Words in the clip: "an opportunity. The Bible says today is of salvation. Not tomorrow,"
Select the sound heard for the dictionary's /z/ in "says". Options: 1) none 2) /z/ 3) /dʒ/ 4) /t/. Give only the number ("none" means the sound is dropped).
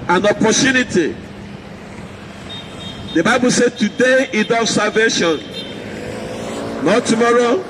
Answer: 1